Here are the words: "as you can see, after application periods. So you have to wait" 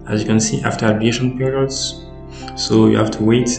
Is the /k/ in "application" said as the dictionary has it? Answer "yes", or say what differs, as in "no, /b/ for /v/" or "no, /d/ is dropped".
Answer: no, /k/ is dropped